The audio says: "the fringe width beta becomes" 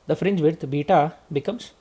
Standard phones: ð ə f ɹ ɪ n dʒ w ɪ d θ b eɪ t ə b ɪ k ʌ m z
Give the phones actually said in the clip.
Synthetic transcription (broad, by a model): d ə f ɹ ɪ n dʒ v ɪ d t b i t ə b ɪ k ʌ m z